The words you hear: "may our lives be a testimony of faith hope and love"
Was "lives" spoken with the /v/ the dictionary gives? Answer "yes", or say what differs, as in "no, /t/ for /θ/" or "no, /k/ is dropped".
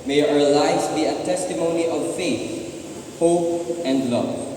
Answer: no, /v/ is dropped